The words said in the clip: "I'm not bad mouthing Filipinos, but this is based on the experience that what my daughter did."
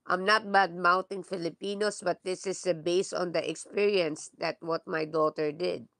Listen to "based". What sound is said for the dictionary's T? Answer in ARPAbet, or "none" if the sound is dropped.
none